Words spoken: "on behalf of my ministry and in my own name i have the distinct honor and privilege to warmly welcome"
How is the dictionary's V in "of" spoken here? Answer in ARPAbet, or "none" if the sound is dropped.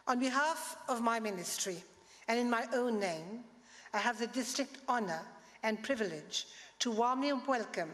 V